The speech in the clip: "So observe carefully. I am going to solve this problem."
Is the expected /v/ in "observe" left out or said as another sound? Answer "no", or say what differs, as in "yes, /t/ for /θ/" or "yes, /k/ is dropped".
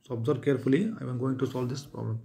yes, /b/ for /v/